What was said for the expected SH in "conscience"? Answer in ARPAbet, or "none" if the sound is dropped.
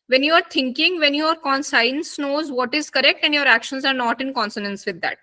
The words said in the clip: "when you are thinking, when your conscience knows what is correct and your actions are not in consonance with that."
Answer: S